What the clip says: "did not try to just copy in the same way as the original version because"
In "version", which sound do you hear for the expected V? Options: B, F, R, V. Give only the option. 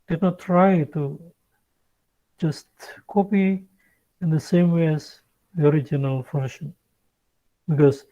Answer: F